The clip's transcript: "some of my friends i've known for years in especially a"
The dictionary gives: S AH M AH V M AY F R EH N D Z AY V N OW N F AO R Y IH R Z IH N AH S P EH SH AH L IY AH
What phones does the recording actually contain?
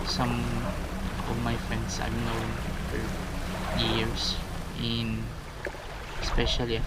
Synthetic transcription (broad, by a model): S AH M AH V M AY F R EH N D S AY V N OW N F AO R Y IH R S IH N S P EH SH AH L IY